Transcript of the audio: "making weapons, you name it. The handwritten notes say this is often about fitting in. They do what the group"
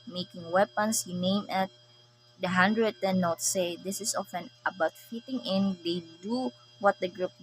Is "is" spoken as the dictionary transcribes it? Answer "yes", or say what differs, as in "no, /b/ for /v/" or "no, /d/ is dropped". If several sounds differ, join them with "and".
no, /s/ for /z/